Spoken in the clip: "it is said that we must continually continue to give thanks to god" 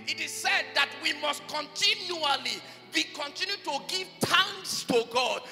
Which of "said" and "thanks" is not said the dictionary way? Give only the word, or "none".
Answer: thanks